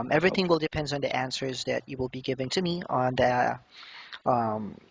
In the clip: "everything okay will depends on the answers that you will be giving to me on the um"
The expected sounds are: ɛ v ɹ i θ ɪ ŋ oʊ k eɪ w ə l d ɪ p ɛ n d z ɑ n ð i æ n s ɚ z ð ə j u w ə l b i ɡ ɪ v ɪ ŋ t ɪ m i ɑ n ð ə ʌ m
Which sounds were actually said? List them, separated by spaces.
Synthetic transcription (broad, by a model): ɛ v ɹ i θ ɪ ŋ w ə l d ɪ p ɛ n d n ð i æ n s ɚ z ð ə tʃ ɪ w ə l b i ɡ ɪ v ɪ ŋ t ɪ m i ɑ n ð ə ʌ m